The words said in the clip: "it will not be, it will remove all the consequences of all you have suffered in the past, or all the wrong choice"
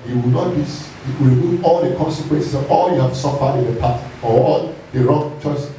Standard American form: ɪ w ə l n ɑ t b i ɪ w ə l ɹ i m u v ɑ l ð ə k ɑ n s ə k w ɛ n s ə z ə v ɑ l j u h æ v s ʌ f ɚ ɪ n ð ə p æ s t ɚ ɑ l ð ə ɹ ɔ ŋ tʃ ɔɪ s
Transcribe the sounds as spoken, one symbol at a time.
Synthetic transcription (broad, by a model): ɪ w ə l n ɑ t b i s ɹ i m u v ɑ l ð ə k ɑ n s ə k w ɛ n s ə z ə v ɑ l j u h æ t s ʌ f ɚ ɪ n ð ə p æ t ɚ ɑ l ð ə ɹ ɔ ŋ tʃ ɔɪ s